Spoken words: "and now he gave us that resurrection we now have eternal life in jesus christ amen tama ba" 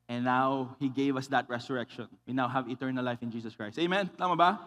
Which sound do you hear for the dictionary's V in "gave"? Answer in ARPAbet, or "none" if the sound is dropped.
V